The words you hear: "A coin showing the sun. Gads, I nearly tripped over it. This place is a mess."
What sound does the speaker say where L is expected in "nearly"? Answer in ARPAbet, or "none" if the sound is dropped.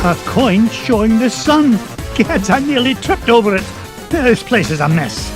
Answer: L